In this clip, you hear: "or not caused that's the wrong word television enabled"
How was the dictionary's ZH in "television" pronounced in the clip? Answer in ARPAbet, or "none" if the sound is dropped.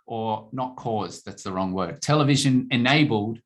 ZH